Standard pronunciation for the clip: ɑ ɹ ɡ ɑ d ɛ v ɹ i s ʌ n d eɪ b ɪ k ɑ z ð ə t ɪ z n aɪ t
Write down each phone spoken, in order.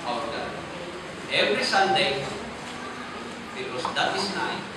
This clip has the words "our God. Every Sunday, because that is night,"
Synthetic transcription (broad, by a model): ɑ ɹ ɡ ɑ ɛ v ɹ i s ʌ n d eɪ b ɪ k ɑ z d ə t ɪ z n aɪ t